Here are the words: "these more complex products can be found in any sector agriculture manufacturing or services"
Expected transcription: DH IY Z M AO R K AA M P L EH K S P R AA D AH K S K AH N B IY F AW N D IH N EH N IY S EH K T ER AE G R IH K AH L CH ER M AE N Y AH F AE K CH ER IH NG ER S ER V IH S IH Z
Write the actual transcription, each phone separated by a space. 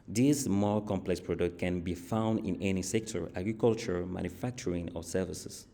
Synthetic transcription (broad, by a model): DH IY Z M AO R K AA M P L EH K S P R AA D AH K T K AH N B IY F AW N D IH N EH N IY S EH K T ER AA G R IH K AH L CH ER M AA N Y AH F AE K CH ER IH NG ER S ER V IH S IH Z